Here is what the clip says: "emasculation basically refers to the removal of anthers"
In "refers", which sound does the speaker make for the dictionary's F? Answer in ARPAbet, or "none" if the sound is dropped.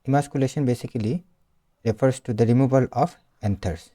P